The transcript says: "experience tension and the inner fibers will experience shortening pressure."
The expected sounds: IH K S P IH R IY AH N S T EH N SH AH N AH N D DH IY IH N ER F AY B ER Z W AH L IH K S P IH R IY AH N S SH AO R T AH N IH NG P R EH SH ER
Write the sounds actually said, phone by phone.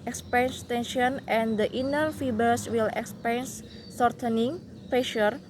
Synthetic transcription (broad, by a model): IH K S P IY N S T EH N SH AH N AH N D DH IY N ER F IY B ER S W AH L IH K S P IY N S S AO R T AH N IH NG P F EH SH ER